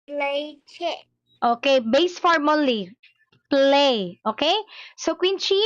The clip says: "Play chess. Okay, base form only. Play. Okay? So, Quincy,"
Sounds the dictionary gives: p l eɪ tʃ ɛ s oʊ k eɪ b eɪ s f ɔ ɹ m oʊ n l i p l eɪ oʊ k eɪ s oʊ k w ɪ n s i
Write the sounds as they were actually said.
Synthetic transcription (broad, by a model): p l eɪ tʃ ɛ oʊ k eɪ b eɪ s f ɔ ɹ m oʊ l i p l eɪ oʊ k eɪ s oʊ k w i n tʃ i